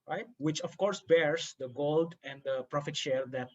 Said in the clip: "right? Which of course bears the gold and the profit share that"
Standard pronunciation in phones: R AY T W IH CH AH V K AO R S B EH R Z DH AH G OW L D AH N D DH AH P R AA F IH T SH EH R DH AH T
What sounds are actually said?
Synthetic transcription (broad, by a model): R AY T W IH CH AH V K AO R S B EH R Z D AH G OW L D AH N D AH P R AA F IH T SH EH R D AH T